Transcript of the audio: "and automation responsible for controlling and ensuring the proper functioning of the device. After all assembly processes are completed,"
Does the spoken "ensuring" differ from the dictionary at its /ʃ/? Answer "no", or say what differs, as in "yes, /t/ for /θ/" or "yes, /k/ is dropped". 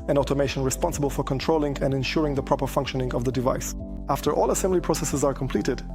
no